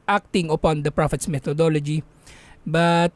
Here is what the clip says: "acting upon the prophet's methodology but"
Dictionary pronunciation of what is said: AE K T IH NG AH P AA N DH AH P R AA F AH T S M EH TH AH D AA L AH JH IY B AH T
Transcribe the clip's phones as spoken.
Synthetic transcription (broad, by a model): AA K T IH NG AH P AA N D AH P R AA F AH T S M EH T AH D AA L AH JH IY B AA T